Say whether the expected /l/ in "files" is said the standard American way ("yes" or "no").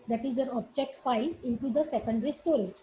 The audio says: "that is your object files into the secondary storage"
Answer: no